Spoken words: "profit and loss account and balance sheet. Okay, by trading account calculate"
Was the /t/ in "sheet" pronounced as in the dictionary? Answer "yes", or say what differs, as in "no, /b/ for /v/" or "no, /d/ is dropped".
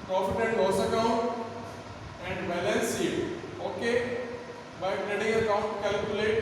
no, /t/ is dropped